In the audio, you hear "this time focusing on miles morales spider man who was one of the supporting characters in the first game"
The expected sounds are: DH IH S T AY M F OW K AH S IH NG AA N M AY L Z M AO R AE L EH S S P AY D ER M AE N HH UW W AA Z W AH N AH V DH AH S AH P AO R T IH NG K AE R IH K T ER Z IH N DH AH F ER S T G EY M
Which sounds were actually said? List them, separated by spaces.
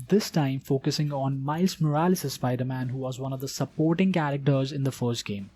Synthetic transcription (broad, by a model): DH IH S T AY M F OW K AH S IH NG AA N M AY L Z M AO R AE L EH S S B AY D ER M AE N HH UW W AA Z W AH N AH V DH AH S AH P AO R T IH NG K AE R IH K T ER Z IH N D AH F ER S T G EY M